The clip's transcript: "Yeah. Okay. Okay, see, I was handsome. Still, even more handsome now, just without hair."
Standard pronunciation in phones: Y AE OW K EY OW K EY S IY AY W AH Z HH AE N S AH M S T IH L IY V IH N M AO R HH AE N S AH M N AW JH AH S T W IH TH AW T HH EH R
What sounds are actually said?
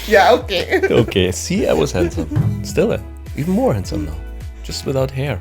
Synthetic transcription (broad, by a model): Y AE OW K EY OW K EY S IY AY W AH Z HH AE N S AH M S T IH L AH W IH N M AO R HH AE N S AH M N AW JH AH S T W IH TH AW T HH EH R